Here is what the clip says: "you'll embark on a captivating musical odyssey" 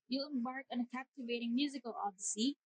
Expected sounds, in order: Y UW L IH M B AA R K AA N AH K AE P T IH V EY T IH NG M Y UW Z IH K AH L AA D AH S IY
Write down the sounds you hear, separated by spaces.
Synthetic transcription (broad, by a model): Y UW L IH M B AA R K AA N AH K AE P T IH V EY T IH NG M Y UW Z IH K AH L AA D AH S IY